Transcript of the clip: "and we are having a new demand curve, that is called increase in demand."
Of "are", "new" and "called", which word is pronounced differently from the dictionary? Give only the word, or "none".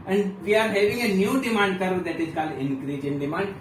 called